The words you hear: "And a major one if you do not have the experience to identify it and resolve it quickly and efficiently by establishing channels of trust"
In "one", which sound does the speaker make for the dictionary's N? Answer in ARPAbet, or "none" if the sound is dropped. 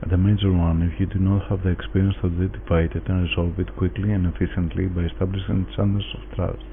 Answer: N